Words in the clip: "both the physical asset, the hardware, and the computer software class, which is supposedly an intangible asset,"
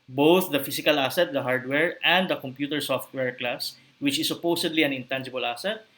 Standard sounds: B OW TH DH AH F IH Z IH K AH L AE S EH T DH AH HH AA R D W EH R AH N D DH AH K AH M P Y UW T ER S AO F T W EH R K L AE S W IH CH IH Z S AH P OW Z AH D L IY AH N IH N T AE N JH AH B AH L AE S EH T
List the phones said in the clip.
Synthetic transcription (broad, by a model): B OW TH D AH F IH S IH K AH L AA S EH T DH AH HH AA R D W EH R AH N D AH K AH M P Y UW T ER S AO F T W EH R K L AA S W IH CH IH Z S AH P OW S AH D L IY AH N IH N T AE N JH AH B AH L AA S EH T